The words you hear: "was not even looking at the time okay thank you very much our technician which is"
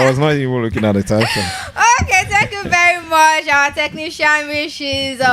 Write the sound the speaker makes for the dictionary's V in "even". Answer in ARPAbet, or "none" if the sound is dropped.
W